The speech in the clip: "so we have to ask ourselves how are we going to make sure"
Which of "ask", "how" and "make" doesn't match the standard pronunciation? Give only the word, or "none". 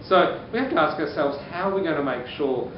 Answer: none